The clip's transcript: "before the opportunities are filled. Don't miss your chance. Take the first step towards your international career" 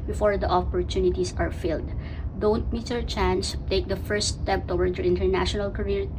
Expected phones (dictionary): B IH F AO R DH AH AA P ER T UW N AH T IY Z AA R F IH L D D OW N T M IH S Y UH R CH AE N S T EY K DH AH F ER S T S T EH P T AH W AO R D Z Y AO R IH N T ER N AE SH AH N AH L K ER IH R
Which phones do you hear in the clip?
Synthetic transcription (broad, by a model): B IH F AO R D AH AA P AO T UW N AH T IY S AA R F IH L D D OW N T M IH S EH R CH AE N S T EY K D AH F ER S S T EH P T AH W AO R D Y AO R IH N T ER N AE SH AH N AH L K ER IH R